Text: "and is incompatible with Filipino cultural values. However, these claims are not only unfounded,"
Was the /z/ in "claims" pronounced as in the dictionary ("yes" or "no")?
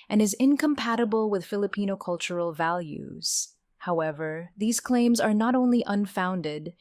yes